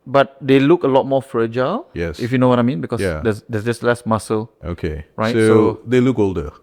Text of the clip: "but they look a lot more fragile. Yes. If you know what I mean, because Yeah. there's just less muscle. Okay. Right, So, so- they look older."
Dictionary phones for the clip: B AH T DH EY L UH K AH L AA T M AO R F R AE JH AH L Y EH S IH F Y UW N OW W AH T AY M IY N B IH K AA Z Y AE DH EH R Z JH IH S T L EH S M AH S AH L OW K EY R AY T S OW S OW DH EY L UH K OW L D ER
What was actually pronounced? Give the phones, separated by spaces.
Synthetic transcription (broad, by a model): B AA T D EY L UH K AH L AA T M AO F R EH JH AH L Y EH S IH F Y UW N OW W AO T AY M IY N B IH K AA Y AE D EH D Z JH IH S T L EH S M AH S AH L OW K EY R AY S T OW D EY L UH K OW L D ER